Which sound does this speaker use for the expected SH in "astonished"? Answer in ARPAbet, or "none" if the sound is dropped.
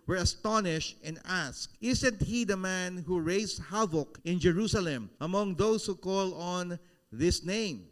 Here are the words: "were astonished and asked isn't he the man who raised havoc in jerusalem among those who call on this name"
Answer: SH